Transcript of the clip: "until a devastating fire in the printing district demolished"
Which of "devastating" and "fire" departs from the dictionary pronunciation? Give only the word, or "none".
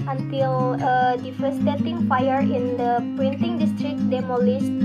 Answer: devastating